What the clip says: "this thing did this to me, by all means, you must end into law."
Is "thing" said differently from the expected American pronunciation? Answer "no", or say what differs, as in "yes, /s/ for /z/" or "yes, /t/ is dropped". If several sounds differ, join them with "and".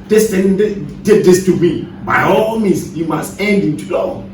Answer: yes, /t/ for /θ/